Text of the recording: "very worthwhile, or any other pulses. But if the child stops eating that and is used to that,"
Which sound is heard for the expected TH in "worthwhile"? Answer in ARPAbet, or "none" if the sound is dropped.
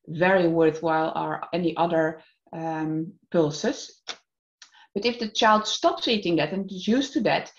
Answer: TH